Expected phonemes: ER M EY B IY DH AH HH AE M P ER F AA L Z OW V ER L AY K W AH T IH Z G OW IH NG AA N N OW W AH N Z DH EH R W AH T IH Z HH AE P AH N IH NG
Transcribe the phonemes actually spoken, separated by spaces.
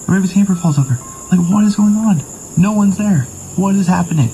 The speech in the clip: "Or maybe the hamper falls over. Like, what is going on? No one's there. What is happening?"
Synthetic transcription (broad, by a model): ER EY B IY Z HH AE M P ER F AA L Z OW V ER L AY K W AH T IH Z G OW IH NG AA N N OW W AH N Z DH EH R W AH T IH Z HH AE P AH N IH NG